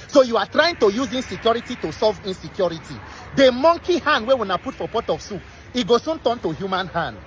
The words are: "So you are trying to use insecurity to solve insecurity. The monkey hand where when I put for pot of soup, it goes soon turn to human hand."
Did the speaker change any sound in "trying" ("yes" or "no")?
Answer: no